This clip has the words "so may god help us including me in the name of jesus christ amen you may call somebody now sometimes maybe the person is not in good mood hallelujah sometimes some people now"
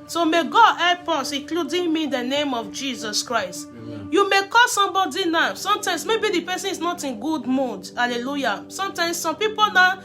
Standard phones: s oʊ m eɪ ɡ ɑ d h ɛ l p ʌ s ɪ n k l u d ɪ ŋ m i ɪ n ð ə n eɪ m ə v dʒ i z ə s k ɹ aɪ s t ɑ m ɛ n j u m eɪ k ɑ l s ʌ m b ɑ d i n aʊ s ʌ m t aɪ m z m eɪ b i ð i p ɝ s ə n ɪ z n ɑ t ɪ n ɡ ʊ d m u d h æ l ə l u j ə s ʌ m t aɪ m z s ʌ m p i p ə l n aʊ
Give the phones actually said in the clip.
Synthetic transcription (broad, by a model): s oʊ m eɪ ɡ ɑ d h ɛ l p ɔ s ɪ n k l u d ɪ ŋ m i n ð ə n eɪ m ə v dʒ i z ə s k ɹ aɪ s t j u m eɪ k ɑ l s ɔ m b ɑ d i n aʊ s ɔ m t aɪ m s m eɪ b i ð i p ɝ s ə n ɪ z n ɑ t ɪ n ɡ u d m u d h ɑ l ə l u j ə s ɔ m t aɪ m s s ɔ m p i p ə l n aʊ